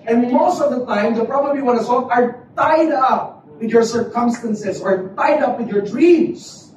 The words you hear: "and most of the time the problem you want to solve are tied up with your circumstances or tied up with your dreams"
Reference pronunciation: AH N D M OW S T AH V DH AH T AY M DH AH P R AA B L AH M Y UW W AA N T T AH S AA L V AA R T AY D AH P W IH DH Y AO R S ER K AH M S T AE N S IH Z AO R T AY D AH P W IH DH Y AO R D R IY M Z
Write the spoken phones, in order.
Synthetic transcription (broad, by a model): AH N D M OW S T AH V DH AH T AY M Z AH P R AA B AH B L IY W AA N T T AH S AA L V AA R T AY D AH P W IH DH Y AO R S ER K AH M S T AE N S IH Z AO R T AY D AH P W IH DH Y AO R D R IY M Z